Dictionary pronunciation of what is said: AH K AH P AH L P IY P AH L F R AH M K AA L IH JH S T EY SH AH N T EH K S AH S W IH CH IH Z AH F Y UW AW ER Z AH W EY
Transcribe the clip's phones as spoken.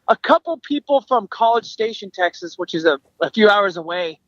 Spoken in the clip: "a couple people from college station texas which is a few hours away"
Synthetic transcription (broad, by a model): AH K AH P L P IY P L F R AH M K AA L IH JH S T EY SH AH N T EH K S AH S W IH CH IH Z AH F Y UW AW ER Z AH W EY